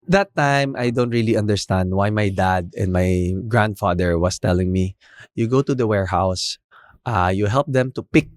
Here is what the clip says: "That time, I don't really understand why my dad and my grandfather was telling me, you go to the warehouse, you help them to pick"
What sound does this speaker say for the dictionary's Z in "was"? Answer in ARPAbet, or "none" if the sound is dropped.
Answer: S